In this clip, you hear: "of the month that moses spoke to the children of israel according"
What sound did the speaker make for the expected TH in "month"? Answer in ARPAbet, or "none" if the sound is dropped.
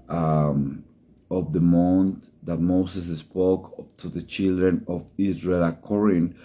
T